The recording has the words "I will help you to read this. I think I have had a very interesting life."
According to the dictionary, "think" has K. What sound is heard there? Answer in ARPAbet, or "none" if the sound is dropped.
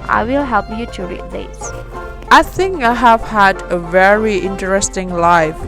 K